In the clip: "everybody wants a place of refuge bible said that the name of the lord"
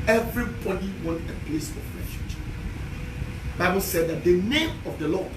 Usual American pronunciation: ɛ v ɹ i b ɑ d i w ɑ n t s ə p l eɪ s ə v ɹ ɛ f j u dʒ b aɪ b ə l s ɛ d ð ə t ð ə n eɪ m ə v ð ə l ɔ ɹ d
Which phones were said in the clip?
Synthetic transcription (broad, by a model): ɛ v ɹ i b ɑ d i w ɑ n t ə p l eɪ s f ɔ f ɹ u ʃ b aɪ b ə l s ɛ d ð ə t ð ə n eɪ m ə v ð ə l ɔ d